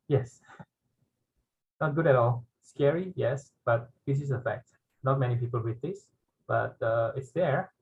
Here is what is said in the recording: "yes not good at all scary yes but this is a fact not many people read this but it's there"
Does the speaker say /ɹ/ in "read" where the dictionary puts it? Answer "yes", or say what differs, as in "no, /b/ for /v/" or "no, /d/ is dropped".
no, /w/ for /ɹ/